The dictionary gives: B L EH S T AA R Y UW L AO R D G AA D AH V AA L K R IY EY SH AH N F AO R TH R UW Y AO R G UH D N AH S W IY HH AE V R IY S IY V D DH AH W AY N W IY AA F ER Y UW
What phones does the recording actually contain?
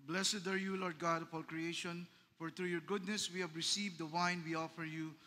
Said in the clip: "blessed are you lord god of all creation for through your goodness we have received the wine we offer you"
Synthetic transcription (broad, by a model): B L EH S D AA R Y UW L AO R D G AA D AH F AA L K R IY EY SH AH N F AO R T R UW Y AO R G UH D N AH S W IY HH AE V R IY S IY V D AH W AY N W IY AA F ER Y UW